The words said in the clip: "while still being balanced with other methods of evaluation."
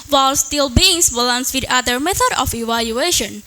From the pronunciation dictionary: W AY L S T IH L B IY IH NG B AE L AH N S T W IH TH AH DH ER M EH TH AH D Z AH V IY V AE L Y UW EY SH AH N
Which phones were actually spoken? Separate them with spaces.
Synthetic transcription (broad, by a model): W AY L S T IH L B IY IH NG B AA L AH N S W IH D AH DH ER M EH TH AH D AH F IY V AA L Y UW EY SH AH N